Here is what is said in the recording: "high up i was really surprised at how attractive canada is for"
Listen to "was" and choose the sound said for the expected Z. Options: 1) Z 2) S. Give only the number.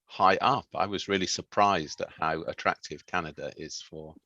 1